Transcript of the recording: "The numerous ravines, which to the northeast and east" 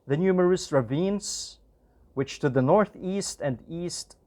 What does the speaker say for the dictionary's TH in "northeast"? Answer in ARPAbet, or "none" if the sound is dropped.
TH